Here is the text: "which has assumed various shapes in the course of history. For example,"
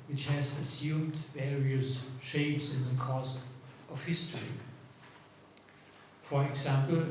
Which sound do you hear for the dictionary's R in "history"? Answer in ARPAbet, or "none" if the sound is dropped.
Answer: R